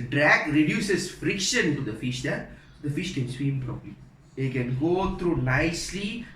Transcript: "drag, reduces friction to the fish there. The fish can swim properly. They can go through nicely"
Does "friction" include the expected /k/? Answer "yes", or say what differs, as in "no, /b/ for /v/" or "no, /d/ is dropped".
yes